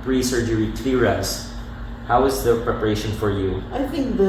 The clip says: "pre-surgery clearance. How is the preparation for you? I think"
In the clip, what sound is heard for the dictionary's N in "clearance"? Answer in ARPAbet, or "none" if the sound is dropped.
none